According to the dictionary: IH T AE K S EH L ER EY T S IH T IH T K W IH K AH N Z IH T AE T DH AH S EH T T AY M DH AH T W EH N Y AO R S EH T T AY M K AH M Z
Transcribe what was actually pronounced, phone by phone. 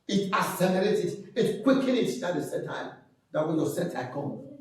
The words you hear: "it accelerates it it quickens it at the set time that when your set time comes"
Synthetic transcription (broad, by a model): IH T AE S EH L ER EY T IH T IH T K W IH K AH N IH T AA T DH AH S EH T T AY M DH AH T W EH N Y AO S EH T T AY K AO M